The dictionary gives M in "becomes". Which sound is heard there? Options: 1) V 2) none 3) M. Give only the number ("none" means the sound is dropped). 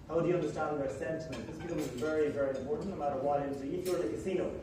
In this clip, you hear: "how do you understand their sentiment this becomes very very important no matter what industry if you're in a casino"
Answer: 2